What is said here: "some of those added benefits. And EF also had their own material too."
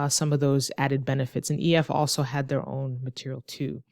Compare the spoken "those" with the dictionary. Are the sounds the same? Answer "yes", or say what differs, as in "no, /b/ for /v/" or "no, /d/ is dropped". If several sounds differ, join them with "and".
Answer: yes